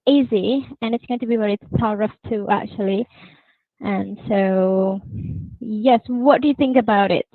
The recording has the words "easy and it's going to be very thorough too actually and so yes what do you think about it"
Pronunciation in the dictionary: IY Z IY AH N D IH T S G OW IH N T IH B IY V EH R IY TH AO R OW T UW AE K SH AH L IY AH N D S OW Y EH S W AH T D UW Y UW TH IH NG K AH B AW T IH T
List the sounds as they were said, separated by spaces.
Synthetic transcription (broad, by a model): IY Z IY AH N IH T S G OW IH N T IH B IY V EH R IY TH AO R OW T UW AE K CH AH L IY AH N S OW Y EH S W AH T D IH Y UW TH IH NG K AH B AW T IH T